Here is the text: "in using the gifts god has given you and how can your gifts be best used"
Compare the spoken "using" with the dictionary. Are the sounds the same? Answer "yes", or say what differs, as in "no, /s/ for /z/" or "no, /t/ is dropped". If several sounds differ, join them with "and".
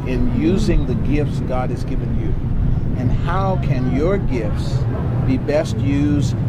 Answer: yes